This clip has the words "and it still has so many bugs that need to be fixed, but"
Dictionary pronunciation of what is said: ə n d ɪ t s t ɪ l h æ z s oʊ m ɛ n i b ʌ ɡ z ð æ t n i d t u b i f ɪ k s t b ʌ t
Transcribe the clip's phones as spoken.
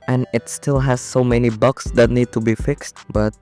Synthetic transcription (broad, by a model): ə n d ɪ t s t ɪ l h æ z s oʊ m ɛ n i b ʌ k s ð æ t n i d t u b i f ɪ k s t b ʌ t